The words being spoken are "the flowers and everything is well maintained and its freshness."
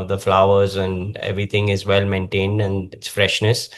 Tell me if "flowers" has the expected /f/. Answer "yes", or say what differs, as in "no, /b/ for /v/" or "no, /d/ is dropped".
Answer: yes